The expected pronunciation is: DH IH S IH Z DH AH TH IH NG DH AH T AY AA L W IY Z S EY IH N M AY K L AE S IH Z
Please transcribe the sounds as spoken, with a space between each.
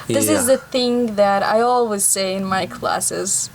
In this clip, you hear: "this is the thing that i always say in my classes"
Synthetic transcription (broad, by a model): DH IH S IH Z DH AH TH IH NG DH AH T AY AA L W IY Z S EY IH N M AY K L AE S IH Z